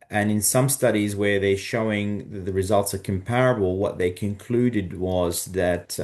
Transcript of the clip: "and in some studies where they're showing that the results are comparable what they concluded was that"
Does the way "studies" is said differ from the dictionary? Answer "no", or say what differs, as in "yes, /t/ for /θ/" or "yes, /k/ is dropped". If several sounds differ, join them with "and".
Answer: no